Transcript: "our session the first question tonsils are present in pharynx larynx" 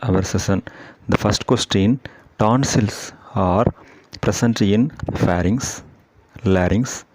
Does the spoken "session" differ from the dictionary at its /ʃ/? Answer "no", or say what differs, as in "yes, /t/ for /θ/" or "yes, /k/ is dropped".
yes, /s/ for /ʃ/